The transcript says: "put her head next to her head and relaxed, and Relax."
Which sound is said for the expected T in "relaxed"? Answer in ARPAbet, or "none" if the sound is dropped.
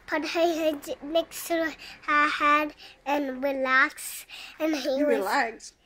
none